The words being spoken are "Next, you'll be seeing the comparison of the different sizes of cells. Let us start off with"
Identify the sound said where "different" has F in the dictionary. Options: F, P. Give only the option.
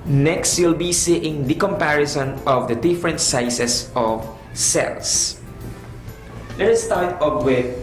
F